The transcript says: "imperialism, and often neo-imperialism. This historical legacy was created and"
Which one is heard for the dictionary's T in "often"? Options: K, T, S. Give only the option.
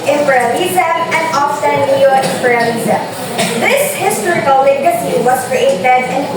S